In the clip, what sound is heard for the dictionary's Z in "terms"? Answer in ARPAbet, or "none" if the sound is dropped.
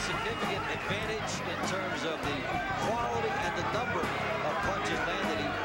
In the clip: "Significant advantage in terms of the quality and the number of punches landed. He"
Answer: Z